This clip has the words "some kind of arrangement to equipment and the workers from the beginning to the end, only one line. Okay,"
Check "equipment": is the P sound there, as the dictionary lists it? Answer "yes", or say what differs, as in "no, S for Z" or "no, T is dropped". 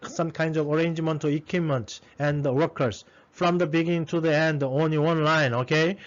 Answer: no, P is dropped